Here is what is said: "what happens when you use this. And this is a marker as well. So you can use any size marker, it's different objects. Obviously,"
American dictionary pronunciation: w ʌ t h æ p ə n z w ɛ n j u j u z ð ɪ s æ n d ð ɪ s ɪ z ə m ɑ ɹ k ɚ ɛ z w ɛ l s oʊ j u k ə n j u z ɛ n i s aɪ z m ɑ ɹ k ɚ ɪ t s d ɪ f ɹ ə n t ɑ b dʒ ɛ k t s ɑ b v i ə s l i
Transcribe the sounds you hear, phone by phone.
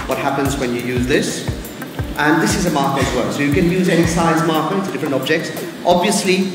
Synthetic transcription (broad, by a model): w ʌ t h æ p ə n z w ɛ n j u j u z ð ɪ s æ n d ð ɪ s ɪ z ə m ɑ ɹ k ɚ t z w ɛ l s oʊ j u k ə n j u z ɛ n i s aɪ z m ɑ ɹ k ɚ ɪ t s d ɪ f ɹ ə n t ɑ b dʒ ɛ k t s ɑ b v i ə s l i